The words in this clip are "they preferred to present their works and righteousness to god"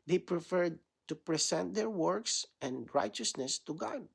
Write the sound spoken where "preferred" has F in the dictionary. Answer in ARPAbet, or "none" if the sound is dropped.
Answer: F